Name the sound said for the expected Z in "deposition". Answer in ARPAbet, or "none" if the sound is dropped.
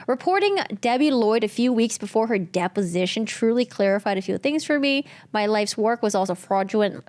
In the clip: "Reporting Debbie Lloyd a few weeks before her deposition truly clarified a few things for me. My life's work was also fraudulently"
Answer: Z